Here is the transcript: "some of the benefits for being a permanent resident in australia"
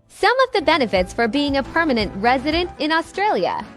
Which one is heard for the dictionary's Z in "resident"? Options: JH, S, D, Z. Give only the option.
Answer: Z